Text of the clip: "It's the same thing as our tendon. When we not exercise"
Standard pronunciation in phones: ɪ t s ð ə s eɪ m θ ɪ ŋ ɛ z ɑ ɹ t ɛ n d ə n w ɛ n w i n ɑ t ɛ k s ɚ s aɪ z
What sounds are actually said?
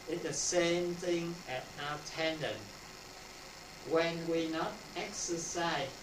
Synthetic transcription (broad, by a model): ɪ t ð ə s eɪ m θ ɪ ŋ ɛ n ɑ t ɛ n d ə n w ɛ n w i n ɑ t ɛ k s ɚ s aɪ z